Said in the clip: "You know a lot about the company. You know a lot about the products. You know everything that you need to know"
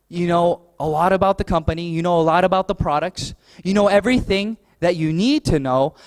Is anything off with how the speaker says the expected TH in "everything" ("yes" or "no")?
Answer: no